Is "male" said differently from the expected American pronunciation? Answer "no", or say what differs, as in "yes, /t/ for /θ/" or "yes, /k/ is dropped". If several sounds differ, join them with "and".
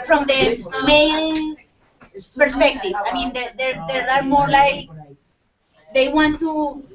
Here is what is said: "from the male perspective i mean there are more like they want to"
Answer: yes, /n/ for /l/